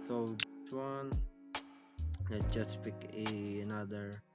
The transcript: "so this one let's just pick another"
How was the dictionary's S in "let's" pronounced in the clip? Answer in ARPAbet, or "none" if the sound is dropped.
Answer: none